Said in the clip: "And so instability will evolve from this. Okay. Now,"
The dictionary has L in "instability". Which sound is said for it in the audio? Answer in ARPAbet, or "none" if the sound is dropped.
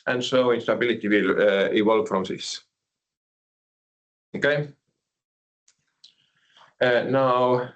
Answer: L